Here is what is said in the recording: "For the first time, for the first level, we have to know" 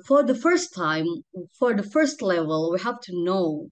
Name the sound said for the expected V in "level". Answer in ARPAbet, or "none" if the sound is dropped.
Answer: V